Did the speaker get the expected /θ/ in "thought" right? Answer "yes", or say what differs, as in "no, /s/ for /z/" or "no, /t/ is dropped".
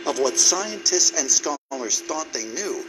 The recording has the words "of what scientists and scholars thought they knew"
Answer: yes